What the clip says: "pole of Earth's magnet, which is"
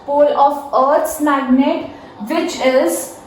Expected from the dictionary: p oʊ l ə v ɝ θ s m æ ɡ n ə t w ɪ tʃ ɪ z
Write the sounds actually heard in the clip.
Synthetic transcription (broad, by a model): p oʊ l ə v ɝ t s m æ ɡ n ə t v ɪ tʃ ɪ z